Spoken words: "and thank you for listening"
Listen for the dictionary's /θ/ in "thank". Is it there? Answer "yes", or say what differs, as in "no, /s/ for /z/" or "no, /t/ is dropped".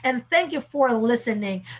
yes